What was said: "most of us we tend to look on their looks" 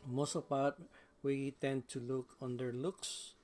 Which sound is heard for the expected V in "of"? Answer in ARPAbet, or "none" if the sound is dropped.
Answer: P